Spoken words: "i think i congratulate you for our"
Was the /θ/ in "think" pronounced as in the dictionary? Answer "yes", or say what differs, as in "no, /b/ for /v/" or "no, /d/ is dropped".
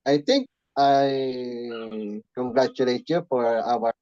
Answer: no, /t/ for /θ/